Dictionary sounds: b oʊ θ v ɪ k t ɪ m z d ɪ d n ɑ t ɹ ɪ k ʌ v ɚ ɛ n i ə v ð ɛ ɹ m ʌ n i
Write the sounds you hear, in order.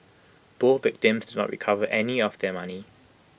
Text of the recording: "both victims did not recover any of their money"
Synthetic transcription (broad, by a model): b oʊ v ɪ k t ɪ m z d ɪ d n ɑ t ɹ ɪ k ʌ v ɚ ɛ n i ə v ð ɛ m ʌ n i